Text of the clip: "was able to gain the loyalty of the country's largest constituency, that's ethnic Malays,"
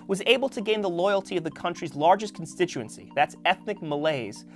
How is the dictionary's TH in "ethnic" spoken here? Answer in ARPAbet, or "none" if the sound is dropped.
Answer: TH